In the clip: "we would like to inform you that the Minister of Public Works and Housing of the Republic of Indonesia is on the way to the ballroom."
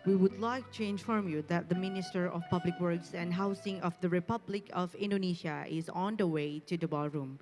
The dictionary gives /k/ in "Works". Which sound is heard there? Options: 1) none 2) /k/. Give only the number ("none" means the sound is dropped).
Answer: 2